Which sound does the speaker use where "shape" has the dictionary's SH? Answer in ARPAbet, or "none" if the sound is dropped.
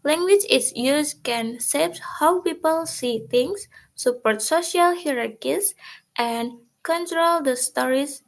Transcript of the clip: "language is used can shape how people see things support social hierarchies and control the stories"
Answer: S